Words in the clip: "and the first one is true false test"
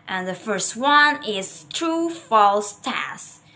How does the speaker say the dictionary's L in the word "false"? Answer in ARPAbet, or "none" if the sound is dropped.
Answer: L